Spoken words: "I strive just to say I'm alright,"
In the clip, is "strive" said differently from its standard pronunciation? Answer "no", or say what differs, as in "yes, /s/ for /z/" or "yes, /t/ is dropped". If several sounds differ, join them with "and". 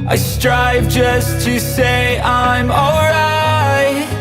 no